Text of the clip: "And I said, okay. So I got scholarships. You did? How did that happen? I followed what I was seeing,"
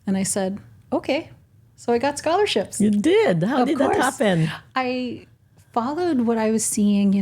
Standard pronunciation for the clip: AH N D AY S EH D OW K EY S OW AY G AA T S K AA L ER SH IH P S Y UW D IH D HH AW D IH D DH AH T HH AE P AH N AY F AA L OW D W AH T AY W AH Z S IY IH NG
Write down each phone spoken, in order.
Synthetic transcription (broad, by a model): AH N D AY S EH D OW K EY S OW AY G AA T S K AA L ER SH IH P S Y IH D IH D HH AW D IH D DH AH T HH AE P AH N AY F AA L OW D W AH T AY W AH Z S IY IH NG